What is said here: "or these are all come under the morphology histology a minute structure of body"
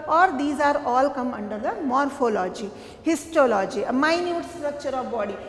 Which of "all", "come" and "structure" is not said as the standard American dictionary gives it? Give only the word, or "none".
none